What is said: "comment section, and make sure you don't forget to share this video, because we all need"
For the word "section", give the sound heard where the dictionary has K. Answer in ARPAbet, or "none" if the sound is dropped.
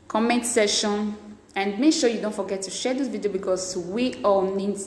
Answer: none